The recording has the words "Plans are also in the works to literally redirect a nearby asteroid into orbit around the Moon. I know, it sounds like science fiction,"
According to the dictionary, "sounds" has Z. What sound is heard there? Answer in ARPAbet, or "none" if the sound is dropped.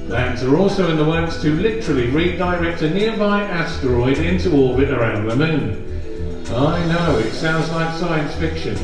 Z